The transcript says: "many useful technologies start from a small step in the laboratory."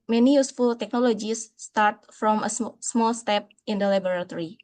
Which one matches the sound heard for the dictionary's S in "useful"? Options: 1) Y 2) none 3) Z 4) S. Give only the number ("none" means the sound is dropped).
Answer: 4